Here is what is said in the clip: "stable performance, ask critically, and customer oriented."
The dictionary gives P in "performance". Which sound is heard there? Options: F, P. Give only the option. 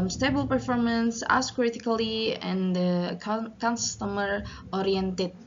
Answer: P